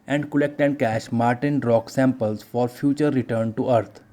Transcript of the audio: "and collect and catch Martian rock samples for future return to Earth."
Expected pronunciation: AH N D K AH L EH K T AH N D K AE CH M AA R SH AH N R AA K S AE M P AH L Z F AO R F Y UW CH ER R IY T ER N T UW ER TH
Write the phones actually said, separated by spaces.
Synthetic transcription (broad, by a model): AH N D K AH L EH K T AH N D K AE SH M AA R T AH N R AA K S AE M P AH L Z F AO R F Y UW CH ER R IY T ER N T UW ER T